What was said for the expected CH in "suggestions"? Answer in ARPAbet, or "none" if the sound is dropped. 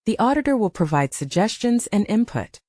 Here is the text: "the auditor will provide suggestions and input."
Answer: CH